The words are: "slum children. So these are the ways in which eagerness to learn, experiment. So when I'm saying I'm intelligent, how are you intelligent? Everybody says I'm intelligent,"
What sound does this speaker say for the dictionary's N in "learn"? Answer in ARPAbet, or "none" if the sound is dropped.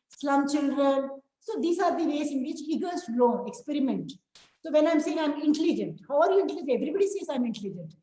none